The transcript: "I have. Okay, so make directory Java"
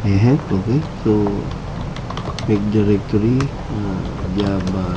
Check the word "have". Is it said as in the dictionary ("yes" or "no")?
no